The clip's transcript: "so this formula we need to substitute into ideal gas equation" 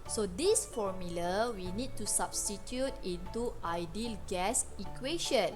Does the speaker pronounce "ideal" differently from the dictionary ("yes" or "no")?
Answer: no